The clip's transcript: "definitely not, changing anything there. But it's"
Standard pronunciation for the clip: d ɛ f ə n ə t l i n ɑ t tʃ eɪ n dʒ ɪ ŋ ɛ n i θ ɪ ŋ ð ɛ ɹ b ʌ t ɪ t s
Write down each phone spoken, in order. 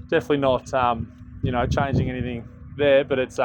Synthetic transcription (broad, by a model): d ɛ f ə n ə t l i n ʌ t tʃ eɪ n dʒ ɪ ŋ ɛ n i θ ɪ ŋ ð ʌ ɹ b ʌ t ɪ t s